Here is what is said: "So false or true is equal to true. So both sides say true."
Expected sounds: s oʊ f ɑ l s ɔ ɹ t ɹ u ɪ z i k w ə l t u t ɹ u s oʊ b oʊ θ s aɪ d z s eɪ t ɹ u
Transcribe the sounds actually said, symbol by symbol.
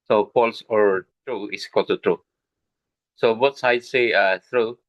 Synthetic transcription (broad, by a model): s oʊ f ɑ l s ɔ ɹ t ɹ u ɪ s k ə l t u t ɹ u s oʊ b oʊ t s aɪ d s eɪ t ɹ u